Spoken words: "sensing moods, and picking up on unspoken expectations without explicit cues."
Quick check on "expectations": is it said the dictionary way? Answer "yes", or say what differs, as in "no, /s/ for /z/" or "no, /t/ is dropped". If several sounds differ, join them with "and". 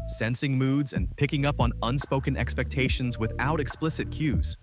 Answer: yes